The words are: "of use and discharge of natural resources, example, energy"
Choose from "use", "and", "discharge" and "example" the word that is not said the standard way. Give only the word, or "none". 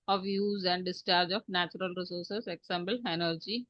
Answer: example